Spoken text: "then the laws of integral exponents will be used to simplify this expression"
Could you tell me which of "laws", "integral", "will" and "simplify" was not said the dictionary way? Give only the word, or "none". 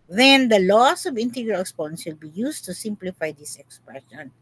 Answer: laws